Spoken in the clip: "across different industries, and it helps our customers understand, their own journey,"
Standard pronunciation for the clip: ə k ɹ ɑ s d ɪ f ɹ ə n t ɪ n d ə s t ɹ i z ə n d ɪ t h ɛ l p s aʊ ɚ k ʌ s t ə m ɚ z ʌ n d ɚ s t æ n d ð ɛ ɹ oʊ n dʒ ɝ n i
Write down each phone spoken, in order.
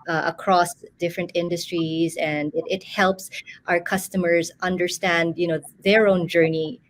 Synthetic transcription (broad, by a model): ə k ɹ ɑ s d ɪ f ɹ ə n t ɪ n d ə s t ɹ i z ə n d ɪ t h ɛ l p s aʊ ɚ k ʌ s t ə m ɚ z ʌ n d ɚ s t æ n d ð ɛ ɹ oʊ n dʒ ɝ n i